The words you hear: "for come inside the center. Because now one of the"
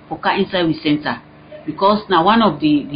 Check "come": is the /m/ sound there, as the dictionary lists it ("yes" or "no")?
no